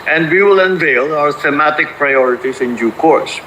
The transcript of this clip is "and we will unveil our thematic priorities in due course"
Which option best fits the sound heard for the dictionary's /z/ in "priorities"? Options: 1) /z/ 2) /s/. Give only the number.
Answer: 2